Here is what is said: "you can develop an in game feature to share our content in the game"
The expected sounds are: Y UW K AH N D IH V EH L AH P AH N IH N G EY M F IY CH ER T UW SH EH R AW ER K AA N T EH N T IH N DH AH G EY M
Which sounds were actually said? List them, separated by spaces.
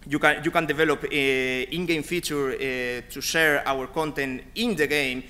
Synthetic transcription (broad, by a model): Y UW K AH N D IH V EH L AH P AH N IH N G EY M F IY CH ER T UW SH EH R AW ER K AA N T EH N T IH N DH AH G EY M